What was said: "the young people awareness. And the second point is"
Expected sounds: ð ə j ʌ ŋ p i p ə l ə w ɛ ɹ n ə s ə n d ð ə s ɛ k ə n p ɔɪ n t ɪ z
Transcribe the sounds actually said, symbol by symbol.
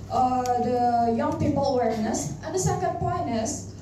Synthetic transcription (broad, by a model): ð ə j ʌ ŋ p i p ə l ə w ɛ ɹ n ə s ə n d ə s ɛ k ə n p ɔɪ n ɪ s